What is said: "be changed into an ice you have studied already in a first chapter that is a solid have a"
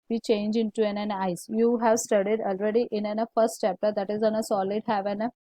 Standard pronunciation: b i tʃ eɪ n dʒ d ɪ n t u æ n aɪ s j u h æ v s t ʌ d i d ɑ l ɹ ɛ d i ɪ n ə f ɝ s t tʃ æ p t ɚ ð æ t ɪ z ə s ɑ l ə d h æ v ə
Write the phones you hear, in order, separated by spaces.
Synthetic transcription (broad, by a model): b i tʃ eɪ n dʒ ɪ n t u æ n aɪ s j u h æ v s t ʌ d i d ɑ l ɹ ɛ d i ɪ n ə f ɝ s t tʃ æ p t ɚ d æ t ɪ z ə s ɑ l ə d h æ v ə